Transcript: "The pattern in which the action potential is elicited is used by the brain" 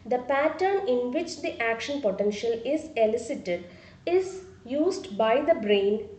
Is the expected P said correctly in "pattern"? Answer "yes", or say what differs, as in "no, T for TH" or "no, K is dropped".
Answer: yes